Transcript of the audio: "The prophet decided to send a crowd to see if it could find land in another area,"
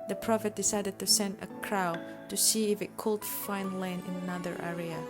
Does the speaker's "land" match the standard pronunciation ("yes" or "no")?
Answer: no